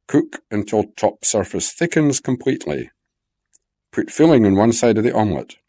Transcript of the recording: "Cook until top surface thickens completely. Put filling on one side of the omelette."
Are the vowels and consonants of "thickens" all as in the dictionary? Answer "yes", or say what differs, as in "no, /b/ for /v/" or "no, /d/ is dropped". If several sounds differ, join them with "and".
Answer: yes